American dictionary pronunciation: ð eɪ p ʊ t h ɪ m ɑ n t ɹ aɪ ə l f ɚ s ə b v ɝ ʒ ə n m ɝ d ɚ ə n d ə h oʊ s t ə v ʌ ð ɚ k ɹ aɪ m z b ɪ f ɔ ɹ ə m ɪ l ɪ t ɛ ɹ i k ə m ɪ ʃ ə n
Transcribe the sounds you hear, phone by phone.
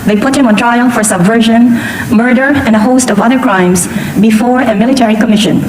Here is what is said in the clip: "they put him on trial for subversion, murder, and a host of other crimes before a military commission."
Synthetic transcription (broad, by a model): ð eɪ p ʊ t h ɪ m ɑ n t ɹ aɪ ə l f ɚ s ə b v ɝ ʒ ə n m ɝ d ɚ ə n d ə h oʊ s t ə v ʌ ð ɚ k ɹ aɪ m z b ɪ f ɔ ɹ ə m ɪ l ɪ t ɛ ɹ i k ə m ɪ ʃ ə n